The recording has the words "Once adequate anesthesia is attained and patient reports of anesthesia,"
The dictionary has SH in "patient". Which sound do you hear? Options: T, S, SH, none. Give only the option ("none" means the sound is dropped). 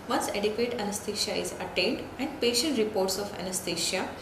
SH